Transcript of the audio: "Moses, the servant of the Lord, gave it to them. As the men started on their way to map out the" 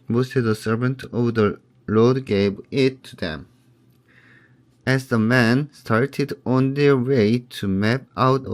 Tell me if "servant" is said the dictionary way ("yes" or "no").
yes